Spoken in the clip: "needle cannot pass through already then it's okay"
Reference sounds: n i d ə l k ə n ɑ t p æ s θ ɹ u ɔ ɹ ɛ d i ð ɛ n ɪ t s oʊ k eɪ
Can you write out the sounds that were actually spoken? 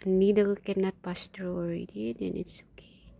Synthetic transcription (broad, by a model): n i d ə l k ə n ɑ t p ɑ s t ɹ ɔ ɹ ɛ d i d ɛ n ɪ t s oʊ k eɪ